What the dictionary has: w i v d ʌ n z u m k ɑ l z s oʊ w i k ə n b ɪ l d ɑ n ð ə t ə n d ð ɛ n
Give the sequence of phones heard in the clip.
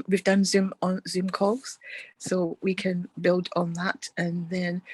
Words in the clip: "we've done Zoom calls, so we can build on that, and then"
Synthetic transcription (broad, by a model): w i v d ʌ n z u m k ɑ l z s oʊ w i k ə n b ɪ l d n ð ə t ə n ð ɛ n